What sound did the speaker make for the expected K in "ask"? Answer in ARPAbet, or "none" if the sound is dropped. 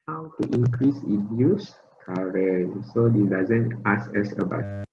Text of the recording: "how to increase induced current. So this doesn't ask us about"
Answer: none